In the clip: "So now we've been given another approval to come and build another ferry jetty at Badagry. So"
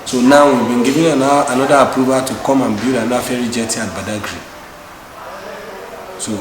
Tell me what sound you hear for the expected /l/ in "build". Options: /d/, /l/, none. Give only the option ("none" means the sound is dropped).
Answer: none